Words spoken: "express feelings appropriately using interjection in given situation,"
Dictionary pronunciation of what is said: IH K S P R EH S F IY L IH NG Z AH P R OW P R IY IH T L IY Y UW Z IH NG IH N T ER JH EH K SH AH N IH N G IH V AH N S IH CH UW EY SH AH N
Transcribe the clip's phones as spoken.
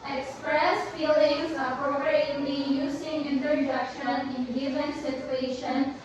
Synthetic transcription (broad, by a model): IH K S P R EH S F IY L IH NG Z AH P R OW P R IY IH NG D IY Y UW S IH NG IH N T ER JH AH K SH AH N IH N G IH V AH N S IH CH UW EY SH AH N